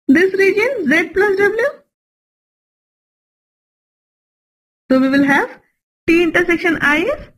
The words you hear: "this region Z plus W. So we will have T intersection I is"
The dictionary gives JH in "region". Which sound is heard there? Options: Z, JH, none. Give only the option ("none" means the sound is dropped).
JH